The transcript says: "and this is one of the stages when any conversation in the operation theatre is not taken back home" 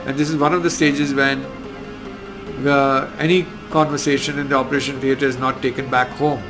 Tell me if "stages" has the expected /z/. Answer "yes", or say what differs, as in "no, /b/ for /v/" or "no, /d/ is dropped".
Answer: yes